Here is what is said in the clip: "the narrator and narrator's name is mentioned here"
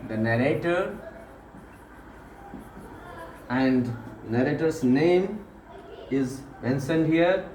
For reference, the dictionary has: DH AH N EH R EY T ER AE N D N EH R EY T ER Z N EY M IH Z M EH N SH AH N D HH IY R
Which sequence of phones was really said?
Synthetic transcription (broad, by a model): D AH N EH R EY T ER AE N D N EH R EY T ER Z N EY M IH Z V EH N S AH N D HH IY R